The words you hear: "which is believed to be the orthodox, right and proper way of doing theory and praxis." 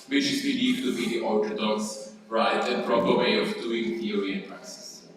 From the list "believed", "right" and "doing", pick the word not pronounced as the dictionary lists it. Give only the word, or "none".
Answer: believed